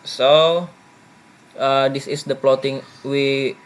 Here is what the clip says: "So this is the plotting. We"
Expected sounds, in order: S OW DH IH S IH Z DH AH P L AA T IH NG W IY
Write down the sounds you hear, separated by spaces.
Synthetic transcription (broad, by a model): S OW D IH S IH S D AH P L AA T IH NG W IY